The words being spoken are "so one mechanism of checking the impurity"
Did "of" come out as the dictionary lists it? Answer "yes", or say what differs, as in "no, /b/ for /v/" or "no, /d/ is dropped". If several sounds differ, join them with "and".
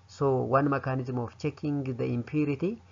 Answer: no, /f/ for /v/